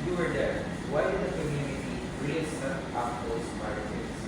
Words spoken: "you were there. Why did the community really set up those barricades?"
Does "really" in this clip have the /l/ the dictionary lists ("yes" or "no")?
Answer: no